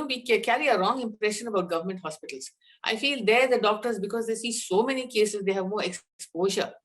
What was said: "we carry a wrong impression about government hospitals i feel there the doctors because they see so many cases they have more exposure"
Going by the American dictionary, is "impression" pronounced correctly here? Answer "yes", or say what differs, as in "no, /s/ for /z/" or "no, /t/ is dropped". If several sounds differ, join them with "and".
yes